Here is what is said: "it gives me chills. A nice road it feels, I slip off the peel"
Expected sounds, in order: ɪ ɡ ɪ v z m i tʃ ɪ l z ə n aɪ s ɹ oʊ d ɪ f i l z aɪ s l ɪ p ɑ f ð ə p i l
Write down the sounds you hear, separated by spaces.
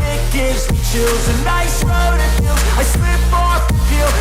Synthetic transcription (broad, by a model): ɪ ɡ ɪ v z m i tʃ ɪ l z ə n aɪ s ɹ oʊ d ɪ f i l aɪ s w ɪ b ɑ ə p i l